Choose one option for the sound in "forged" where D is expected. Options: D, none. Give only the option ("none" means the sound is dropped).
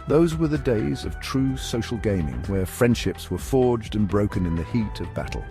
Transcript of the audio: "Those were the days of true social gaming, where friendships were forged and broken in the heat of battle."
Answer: D